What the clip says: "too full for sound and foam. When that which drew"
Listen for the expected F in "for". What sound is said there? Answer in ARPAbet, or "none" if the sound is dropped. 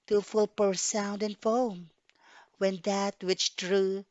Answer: P